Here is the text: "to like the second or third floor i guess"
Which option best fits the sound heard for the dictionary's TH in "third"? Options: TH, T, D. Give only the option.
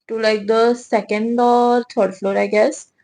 T